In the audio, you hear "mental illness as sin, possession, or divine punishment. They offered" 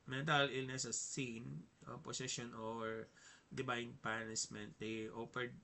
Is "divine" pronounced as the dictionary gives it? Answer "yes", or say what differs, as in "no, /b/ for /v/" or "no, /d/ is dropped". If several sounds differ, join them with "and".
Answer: no, /b/ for /v/